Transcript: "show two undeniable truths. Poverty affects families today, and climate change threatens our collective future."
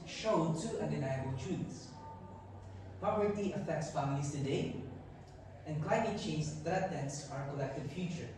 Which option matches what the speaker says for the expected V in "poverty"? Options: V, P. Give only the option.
P